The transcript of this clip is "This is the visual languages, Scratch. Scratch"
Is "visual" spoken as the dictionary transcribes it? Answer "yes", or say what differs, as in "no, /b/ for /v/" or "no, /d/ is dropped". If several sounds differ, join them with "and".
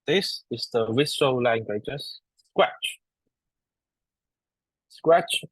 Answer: no, /w/ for /v/